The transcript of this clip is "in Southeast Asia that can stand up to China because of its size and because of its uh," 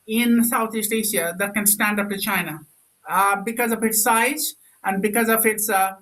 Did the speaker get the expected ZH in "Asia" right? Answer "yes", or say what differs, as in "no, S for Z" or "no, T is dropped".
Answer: no, SH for ZH